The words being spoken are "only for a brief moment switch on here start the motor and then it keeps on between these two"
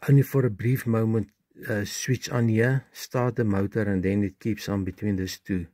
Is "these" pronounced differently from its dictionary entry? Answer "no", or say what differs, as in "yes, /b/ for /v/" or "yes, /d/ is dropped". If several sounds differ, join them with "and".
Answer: yes, /s/ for /z/